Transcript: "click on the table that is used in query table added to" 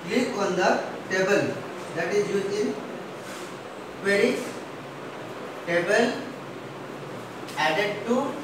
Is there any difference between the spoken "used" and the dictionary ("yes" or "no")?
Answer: yes